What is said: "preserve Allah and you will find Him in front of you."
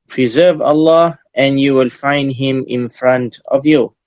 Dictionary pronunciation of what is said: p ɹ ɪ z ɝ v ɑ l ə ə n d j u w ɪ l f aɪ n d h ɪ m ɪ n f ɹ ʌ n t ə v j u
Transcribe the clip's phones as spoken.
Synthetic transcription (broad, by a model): p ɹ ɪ z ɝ v ɑ l ə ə n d j u w ɪ l f aɪ n d h ɪ m ɪ n f ɹ ʌ n t ə v j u